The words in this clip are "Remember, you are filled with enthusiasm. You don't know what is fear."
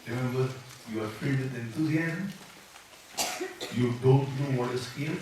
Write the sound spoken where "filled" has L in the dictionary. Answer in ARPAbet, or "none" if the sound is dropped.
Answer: none